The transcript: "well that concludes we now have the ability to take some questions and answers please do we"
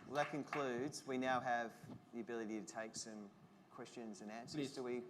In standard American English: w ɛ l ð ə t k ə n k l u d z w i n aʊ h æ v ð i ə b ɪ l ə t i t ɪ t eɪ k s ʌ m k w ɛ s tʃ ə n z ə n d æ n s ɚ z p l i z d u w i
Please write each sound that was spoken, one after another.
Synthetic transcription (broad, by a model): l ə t k ə n k l u d z w i n aʊ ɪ v ð i ə b ɪ l ə t i t ɪ t eɪ k s ʌ m k w ɛ s tʃ ə n z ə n æ n s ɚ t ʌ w i